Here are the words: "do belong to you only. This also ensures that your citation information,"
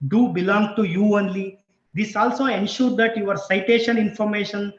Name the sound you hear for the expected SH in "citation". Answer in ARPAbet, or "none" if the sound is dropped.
SH